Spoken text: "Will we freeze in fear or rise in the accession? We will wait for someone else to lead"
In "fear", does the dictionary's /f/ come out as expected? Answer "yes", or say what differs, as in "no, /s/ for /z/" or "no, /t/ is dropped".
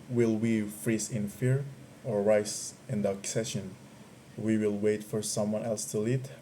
yes